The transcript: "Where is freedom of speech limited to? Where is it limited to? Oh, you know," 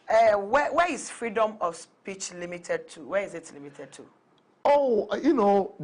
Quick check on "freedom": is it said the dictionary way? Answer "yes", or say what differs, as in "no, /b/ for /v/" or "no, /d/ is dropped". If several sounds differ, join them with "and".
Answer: yes